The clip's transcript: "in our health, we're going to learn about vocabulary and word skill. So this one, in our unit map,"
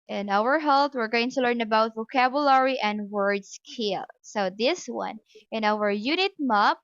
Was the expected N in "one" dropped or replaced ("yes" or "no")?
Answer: no